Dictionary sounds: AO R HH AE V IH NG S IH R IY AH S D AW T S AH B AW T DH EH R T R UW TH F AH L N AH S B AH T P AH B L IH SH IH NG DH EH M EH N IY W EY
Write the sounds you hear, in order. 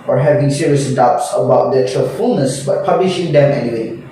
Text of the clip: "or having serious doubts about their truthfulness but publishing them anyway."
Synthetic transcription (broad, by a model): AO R HH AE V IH NG S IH R IY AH S D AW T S AH B AW T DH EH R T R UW F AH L N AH S B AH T P AH B L IH SH IH NG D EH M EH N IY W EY